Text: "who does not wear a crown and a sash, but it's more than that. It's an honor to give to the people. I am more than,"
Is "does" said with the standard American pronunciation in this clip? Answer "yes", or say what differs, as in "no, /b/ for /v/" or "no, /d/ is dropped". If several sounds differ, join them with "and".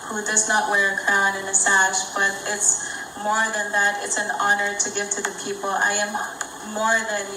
yes